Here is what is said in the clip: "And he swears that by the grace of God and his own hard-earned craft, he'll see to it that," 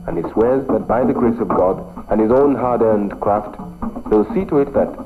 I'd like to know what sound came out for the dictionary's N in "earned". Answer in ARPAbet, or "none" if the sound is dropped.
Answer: N